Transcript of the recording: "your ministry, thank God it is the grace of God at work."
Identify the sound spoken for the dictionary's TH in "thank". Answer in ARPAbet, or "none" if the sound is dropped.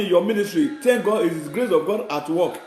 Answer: T